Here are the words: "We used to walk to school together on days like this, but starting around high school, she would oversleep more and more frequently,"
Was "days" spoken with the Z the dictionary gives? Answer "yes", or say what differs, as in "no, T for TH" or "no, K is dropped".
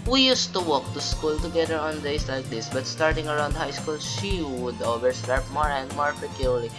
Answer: no, S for Z